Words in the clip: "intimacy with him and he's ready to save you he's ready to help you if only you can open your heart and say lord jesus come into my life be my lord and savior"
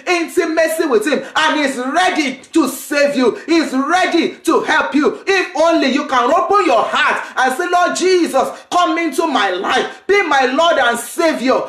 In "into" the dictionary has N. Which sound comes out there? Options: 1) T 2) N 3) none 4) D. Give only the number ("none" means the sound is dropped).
2